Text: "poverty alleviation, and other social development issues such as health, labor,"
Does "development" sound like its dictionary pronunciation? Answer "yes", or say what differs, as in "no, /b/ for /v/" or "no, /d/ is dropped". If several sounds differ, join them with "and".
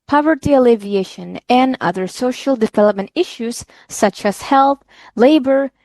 yes